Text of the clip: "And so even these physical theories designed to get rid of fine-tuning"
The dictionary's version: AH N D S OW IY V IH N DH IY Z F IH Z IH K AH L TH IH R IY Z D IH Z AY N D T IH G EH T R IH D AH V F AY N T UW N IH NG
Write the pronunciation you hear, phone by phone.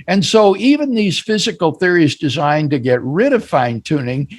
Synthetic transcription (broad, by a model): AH N S OW IY V IH N DH IY Z F IH Z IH K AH L TH IH R IY Z D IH Z AY N T IH G EH T R IH D AH V F AY N T UW N IH NG